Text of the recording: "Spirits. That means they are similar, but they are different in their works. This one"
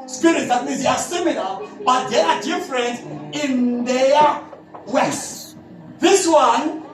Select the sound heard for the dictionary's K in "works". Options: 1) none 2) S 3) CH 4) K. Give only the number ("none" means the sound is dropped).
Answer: 1